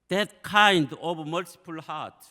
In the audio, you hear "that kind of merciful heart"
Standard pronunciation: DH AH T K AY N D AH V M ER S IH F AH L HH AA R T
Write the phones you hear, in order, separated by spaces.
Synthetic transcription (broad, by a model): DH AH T K AY N D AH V M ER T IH P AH L HH AA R T